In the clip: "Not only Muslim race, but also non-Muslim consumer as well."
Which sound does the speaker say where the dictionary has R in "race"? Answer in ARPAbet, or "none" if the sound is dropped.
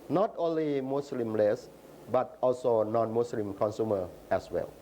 L